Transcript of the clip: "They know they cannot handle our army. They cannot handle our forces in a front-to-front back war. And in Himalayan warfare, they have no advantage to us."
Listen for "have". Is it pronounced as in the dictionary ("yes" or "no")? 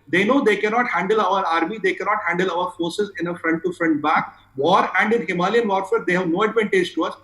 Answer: yes